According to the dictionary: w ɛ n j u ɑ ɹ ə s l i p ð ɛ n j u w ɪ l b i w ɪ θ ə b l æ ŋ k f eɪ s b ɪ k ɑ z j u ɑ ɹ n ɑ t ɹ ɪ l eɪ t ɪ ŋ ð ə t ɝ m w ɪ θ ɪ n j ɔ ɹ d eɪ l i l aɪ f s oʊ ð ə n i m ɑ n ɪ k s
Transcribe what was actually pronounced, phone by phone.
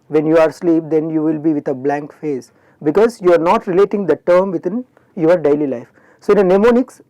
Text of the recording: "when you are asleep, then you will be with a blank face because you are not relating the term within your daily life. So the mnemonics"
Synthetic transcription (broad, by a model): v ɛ n j u ɑ ɹ s l i p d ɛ n j u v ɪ l b i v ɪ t ə b l æ ŋ k f eɪ s b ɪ k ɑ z j u ɑ ɹ n ɑ t ɹ ɪ l eɪ t ɪ ŋ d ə t ɝ m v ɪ t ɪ n j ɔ ɹ d eɪ l i l aɪ f s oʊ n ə n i m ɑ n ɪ k s